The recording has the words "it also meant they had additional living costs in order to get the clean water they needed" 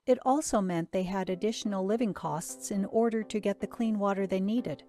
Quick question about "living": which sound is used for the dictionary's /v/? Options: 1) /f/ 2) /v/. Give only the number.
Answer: 2